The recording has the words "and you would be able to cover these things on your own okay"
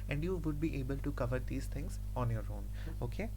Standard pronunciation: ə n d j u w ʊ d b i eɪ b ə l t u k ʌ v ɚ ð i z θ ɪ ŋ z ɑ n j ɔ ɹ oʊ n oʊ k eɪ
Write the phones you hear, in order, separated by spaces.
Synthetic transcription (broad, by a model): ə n d j u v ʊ d b i eɪ b ə l t u k ʌ v ɚ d i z t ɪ ŋ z ɑ n j ɔ ɹ oʊ n oʊ k eɪ